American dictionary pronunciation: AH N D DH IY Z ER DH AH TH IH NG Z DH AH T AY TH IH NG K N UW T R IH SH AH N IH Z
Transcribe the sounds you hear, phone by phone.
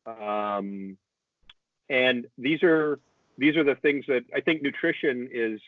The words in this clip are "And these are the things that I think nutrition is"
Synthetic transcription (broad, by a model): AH N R DH IY Z ER DH AH TH IH NG Z DH AH T AY TH IH NG K N UW T R IH SH AH N IH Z